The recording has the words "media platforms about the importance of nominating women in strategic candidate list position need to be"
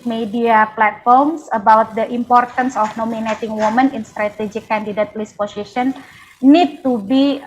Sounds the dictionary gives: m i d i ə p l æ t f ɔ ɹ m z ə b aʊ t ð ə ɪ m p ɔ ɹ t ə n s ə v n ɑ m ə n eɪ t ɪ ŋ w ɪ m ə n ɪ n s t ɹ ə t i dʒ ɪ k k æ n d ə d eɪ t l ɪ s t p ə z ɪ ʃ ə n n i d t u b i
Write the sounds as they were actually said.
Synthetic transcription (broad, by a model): m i d i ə p l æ t f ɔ ɹ m s ə b aʊ t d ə ɪ m p ɔ ɹ t ə n s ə f n ɑ m ə n eɪ t ɪ ŋ w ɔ m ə n ɪ n s t ɹ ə t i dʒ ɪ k k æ n d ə d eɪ t l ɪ s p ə s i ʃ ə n n i d t u b i